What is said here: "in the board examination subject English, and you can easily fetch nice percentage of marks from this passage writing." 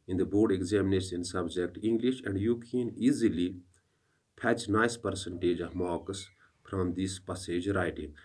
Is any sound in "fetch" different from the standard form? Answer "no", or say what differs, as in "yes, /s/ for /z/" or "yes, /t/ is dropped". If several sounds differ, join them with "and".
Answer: yes, /p/ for /f/